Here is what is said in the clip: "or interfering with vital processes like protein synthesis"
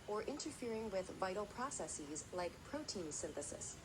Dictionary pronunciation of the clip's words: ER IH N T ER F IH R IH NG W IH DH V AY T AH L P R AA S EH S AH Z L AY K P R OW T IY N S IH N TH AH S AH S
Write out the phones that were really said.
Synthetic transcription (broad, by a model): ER IH N T ER F IH R IH NG W IH DH V AY T L P R AA S EH S AH Z L AY K P R OW T IY N S IH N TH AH S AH S